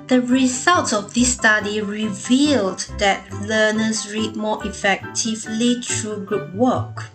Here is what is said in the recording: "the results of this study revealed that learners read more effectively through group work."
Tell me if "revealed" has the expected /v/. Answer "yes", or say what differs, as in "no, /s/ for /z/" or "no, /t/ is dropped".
yes